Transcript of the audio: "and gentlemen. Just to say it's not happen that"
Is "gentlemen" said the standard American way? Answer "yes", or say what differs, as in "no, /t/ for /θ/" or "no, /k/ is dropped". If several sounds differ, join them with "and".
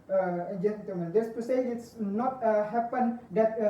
no, /l/ is dropped